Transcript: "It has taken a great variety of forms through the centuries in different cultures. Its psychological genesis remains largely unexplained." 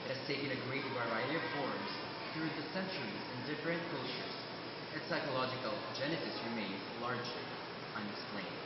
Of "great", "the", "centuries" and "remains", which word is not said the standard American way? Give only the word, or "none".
none